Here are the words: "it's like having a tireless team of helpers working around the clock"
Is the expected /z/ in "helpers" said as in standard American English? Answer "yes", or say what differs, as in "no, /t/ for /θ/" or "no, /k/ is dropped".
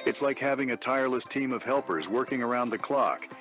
yes